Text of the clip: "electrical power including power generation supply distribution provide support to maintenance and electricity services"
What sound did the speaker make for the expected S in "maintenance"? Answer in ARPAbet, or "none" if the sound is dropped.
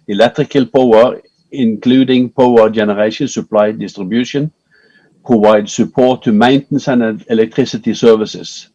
none